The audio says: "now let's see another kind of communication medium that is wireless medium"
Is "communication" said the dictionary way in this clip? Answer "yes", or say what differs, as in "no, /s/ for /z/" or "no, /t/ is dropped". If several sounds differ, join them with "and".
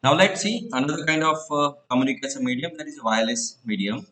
no, /s/ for /ʃ/